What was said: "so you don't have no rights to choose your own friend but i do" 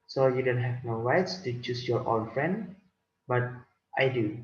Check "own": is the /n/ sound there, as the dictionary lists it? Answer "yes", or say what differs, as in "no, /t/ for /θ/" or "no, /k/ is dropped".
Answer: no, /l/ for /n/